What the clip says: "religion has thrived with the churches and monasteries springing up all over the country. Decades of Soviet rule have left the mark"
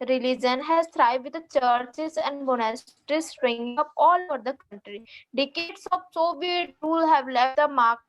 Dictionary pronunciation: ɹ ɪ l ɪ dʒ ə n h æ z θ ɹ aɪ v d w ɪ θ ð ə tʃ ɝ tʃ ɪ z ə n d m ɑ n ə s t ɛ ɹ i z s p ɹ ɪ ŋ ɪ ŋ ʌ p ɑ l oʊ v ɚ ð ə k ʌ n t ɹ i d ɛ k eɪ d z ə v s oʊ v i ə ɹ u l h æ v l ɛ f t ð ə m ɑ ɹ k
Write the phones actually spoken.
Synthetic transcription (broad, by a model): ɹ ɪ l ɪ dʒ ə n h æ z t ɹ aɪ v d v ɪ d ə tʃ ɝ tʃ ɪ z ə n d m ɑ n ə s t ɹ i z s ɹ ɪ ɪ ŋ ʌ p ɑ l oʊ v ɚ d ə k ʌ n t ɹ i d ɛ k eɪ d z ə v s oʊ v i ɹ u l h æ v l ɛ f t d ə m ɑ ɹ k